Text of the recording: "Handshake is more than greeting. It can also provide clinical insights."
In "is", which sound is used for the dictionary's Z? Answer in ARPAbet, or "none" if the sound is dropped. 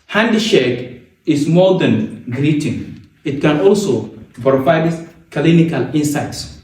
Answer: S